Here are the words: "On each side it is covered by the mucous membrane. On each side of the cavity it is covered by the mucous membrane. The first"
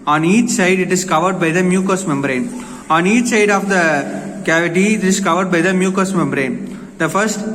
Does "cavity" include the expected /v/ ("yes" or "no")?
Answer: yes